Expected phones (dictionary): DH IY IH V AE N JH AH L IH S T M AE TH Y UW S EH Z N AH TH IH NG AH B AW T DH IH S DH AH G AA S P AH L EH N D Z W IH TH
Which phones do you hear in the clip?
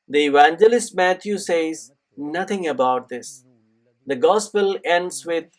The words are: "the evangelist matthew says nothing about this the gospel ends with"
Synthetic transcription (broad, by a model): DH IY IH V AE N JH AH L IH S T M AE T Y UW S EH Z N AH T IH NG AH B AW T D IH S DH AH G AA S P AH L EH N D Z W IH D